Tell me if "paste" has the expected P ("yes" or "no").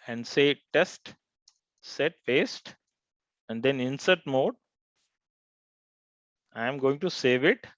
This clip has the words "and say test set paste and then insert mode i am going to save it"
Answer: no